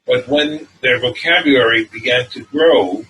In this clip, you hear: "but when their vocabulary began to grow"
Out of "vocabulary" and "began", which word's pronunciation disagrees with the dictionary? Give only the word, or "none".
none